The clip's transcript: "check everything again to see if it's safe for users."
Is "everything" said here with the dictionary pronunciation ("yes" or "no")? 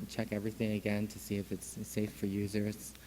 yes